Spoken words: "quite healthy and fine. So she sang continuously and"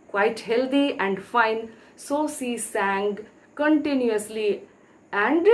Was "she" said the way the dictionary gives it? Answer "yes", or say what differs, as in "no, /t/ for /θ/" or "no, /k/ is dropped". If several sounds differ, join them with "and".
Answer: no, /s/ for /ʃ/